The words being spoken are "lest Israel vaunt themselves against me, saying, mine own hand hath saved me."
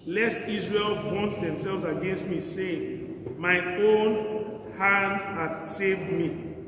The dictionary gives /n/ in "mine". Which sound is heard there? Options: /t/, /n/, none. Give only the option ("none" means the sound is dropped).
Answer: none